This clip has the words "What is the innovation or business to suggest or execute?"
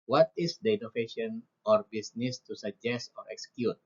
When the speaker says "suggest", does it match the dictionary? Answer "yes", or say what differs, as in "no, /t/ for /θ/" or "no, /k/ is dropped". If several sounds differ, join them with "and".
yes